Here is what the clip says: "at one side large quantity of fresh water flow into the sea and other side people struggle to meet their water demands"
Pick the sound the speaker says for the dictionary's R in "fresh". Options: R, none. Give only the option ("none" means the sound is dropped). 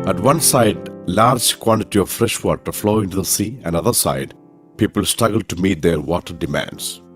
R